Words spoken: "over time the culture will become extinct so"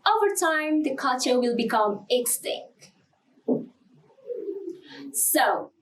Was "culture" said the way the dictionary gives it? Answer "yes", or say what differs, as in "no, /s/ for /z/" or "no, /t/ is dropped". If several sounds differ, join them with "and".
no, /l/ is dropped